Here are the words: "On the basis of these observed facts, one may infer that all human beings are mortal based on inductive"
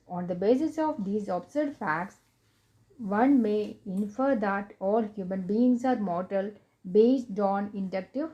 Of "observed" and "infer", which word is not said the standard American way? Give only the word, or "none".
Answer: observed